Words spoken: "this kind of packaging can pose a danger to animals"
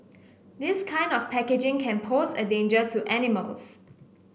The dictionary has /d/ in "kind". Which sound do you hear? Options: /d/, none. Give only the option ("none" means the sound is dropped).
/d/